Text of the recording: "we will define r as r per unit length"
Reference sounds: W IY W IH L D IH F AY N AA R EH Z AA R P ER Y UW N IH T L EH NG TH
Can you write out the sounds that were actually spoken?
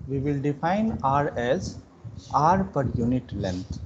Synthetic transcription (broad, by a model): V IY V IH L D IH F AY N AA R EH Z AA R P ER Y UW N IH T L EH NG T